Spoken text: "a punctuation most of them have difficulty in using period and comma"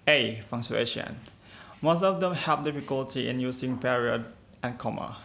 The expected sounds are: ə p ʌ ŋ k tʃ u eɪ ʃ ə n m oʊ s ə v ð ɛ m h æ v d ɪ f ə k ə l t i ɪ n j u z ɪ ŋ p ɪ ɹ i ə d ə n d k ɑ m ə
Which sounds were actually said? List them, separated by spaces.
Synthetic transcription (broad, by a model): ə f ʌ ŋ tʃ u eɪ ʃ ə n m oʊ s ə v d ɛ m h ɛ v d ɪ f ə k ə l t i ɪ n j u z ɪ ŋ p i ɹ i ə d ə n k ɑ m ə